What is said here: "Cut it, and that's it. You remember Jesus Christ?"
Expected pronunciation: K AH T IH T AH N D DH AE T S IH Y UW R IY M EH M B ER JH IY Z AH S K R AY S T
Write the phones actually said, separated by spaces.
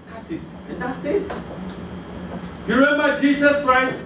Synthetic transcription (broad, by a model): K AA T IH T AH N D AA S IH Y UW R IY M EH M B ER JH IY S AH S K R AY S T